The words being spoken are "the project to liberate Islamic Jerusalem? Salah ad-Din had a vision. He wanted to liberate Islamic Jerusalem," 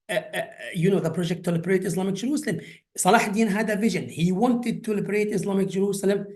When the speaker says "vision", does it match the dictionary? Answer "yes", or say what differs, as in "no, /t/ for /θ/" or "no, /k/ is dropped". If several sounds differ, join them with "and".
yes